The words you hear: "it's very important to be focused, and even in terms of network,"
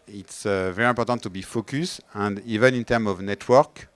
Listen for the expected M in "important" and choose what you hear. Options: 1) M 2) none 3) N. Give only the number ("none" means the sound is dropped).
2